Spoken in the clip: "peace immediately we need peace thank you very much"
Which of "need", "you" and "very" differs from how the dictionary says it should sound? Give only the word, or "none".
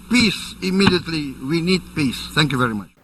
none